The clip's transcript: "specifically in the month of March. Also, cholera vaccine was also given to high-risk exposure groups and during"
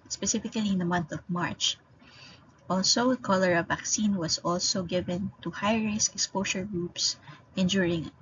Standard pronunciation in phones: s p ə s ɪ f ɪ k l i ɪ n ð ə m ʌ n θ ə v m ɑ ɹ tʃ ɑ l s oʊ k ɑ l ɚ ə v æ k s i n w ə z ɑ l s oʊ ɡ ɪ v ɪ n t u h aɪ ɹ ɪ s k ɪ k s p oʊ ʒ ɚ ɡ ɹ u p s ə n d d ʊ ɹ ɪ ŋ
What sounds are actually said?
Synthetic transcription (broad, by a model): s p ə s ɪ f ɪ k l i ɪ n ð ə m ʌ n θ ə v m ɑ ɹ tʃ ɑ l s oʊ k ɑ l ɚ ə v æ k s i n w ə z ɑ l s oʊ ɡ ɪ v ɪ n t u h aɪ ɹ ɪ s ɪ k s p oʊ ʃ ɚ ɡ ɹ u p s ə n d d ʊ ɹ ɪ ŋ